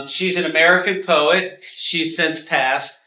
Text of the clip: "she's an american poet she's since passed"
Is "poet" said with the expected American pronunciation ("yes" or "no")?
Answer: yes